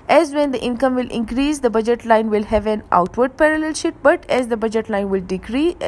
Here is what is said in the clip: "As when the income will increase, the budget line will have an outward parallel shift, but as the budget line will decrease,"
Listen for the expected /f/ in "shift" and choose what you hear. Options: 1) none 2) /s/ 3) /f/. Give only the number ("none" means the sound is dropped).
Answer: 1